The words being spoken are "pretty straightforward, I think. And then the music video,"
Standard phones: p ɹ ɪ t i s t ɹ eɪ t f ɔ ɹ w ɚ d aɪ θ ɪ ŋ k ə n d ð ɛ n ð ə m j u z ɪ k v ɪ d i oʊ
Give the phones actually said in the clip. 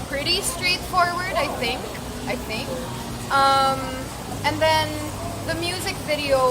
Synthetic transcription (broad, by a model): p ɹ ɪ t i s t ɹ eɪ t f ɔ ɹ w ɚ d aɪ θ ɪ ŋ k ə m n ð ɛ n ð ə m j u z ɪ k v ɪ d i oʊ